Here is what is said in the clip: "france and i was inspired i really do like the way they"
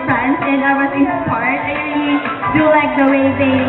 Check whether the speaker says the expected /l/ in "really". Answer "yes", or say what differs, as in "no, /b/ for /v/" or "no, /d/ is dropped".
no, /l/ is dropped